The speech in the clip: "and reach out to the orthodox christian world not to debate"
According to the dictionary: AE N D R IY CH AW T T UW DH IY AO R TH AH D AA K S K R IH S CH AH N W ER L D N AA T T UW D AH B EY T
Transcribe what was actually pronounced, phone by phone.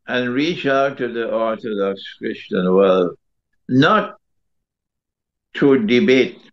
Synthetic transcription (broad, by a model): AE N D R IY CH AW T T UW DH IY AO R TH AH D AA K S K R IH S CH AH N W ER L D N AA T T UW D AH B EY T